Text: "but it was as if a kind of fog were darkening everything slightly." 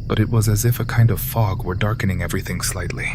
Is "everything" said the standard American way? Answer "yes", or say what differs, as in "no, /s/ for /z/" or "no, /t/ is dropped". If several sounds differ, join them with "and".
yes